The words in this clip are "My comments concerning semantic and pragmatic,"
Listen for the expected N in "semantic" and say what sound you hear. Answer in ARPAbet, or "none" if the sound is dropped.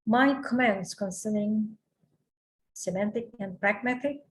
N